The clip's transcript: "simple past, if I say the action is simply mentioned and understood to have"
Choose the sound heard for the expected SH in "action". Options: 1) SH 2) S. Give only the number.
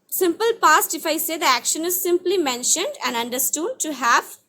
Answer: 1